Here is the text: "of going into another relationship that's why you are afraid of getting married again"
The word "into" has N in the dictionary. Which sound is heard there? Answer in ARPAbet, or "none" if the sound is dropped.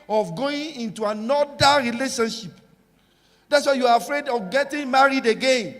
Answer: N